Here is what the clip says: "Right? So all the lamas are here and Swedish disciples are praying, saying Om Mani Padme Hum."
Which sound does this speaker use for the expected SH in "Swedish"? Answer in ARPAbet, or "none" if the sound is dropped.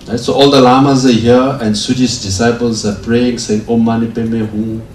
S